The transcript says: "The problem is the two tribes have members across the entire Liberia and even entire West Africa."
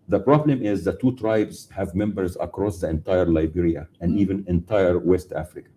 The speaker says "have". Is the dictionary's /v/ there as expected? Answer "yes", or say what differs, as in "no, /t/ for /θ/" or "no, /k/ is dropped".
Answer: yes